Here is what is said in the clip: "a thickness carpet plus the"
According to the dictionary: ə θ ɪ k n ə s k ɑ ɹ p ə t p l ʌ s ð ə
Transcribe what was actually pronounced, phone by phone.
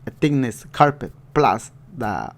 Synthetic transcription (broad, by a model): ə t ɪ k n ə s k ɑ ɹ p ə t p l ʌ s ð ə